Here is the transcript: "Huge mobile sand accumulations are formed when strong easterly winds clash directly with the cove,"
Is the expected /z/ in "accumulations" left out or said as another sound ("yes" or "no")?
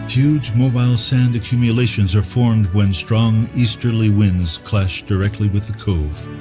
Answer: no